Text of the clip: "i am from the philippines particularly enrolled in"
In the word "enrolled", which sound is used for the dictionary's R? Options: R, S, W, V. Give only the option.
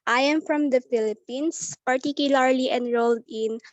R